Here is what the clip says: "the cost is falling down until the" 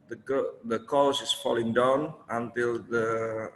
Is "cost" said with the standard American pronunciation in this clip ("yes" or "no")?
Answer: no